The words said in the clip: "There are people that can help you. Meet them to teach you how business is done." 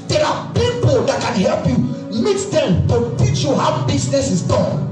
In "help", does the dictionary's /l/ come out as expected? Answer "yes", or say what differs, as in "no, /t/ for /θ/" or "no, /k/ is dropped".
yes